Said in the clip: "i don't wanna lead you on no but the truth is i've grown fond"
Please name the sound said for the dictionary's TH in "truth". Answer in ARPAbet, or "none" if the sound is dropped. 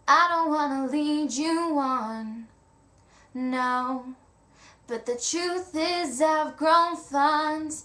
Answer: TH